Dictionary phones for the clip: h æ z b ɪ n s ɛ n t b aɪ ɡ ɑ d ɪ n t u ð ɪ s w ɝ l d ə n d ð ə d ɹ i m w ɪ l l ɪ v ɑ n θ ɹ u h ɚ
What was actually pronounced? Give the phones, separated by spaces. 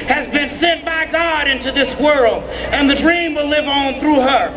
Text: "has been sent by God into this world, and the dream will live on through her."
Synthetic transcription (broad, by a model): h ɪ z b ɪ n s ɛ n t b aɪ ɡ ɑ d ɪ n t u ð ɪ s w ɝ l d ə n ð ə d ɹ i m w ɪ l l ɪ v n θ ɹ u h ɚ